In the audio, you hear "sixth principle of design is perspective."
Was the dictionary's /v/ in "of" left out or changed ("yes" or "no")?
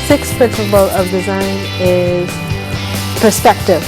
no